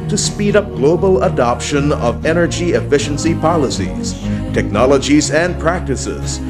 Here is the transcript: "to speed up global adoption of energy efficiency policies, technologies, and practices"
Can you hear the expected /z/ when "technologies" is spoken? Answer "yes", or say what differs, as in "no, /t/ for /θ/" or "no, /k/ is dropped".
yes